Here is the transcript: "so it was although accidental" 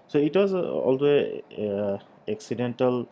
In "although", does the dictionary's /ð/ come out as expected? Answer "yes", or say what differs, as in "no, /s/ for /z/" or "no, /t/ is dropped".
no, /ð/ is dropped